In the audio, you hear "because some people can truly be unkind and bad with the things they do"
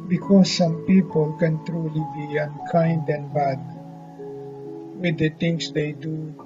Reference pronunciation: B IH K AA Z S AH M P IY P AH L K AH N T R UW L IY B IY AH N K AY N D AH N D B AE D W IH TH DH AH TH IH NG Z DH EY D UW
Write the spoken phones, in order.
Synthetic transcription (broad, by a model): B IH K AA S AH M P IY P AH L K AH N T R UW L IY B IY AH N K AY N D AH N B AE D W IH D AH T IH NG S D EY D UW